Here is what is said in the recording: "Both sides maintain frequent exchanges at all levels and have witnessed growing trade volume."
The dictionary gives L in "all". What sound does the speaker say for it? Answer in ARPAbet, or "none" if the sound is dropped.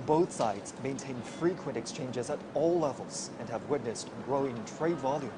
L